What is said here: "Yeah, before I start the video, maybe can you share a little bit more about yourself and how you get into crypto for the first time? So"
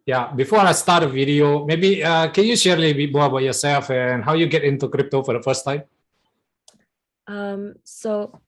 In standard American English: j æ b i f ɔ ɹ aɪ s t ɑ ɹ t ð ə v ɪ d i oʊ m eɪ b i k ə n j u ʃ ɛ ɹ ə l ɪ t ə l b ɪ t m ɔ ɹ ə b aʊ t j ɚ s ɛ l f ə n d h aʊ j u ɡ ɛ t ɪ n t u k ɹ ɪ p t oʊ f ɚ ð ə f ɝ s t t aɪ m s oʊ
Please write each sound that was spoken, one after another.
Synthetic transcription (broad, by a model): j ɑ b i f ɔ ɹ aɪ s t ɑ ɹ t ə v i d i oʊ m eɪ b i k ə n j u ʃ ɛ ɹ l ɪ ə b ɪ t m ɔ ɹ ə b aʊ t j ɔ s ɛ l f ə n h aʊ j u ɡ ɛ t ɪ n t u k ɹ ɪ p t oʊ f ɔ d ə f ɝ s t t aɪ m s oʊ